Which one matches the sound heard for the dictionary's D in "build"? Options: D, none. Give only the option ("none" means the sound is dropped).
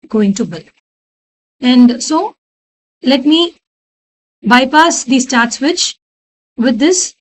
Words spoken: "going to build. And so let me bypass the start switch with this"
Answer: none